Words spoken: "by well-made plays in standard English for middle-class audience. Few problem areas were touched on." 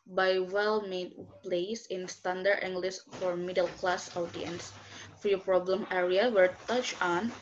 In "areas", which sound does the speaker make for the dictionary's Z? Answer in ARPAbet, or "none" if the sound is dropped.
none